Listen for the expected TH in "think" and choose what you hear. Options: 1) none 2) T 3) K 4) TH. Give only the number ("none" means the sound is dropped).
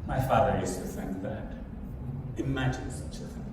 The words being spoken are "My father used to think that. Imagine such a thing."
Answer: 4